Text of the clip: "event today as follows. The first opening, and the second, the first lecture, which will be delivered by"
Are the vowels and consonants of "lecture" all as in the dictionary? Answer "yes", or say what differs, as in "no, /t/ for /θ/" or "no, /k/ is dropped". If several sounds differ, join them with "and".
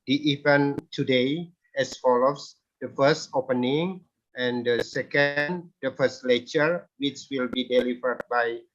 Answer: no, /k/ is dropped